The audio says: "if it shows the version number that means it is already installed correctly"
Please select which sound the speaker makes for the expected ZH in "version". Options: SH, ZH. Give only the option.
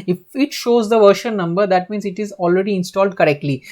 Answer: SH